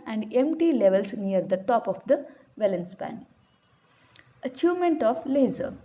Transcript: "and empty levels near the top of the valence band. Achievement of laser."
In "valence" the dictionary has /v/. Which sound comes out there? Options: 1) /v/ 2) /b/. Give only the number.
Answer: 1